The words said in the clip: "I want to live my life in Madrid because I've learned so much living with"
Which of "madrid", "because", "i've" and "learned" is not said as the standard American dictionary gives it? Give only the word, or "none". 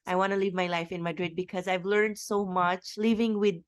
none